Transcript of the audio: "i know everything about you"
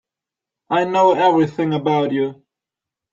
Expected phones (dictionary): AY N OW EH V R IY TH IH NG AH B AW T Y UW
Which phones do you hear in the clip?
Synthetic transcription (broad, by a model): AY N OW EH V R IY TH IH NG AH B AW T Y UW